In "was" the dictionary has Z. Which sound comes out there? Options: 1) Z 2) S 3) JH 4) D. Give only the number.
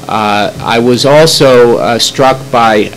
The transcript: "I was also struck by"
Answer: 1